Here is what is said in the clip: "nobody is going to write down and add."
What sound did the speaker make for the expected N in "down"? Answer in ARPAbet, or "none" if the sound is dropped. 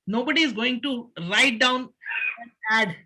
none